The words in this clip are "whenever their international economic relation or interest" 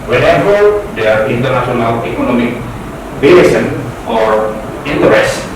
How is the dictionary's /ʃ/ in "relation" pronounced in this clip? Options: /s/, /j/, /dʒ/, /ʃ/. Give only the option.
/s/